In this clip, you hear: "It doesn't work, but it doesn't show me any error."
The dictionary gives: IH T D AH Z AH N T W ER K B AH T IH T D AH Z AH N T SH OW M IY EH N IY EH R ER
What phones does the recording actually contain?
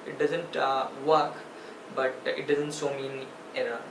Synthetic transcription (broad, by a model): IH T D AH Z AH N T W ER K B AH T IH T D AH Z AH N T S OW M IY N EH R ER